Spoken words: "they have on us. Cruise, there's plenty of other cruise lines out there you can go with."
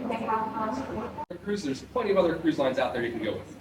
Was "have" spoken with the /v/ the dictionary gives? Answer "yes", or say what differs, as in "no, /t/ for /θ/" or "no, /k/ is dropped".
no, /b/ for /v/